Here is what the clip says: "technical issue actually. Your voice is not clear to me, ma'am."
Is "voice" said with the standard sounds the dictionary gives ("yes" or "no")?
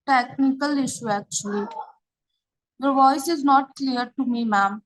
yes